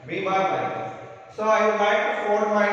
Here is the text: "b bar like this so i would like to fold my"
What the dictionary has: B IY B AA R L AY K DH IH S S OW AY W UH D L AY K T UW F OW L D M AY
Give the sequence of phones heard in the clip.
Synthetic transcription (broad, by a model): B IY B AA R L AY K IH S S OW AY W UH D L AY K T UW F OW D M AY